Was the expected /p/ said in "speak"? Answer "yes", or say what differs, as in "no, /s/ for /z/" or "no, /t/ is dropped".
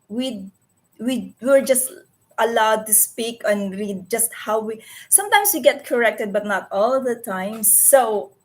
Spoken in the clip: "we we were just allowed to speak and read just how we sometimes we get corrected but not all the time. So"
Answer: yes